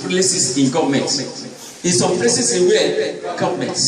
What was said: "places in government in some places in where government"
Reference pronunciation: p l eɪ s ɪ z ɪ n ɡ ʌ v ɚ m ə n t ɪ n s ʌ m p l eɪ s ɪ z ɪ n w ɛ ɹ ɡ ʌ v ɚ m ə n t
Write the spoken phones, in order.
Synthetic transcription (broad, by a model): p l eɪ s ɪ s ɪ n ɡ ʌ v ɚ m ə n t ɪ n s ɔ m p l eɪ s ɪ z ɪ n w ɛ l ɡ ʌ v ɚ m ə n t